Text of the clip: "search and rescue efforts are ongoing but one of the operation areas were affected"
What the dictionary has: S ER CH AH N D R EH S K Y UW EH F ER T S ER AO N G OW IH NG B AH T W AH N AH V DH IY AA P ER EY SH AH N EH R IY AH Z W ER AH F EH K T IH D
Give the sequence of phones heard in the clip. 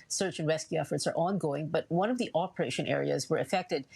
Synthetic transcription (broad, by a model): S ER CH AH N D R EH S K Y UW EH F ER T S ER AO N G OW IH NG B AH T W AH N AH V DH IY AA P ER EY SH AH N EH R IY AH Z W ER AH F EH K T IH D